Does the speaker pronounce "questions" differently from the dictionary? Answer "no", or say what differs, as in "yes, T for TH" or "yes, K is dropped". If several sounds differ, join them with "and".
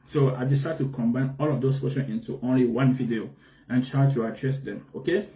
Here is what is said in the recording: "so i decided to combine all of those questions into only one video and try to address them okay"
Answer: yes, Z is dropped